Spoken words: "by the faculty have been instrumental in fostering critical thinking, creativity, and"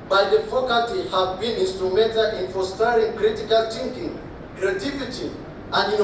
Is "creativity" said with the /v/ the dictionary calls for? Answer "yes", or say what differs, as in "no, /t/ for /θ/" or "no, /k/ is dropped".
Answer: no, /f/ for /v/